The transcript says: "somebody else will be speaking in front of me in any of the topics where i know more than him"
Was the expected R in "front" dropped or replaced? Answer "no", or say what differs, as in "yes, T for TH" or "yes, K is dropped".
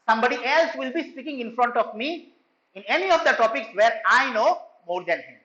no